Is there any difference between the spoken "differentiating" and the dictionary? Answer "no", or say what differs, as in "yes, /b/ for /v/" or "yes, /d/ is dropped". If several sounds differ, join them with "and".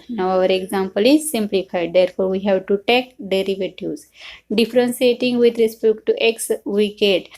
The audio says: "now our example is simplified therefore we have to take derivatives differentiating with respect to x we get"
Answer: yes, /s/ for /ʃ/